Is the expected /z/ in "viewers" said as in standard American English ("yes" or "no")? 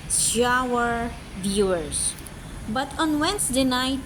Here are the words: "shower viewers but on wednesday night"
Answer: no